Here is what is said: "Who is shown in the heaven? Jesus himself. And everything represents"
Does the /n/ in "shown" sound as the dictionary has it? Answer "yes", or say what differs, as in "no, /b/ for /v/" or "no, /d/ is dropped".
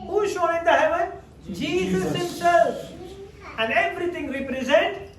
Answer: no, /n/ is dropped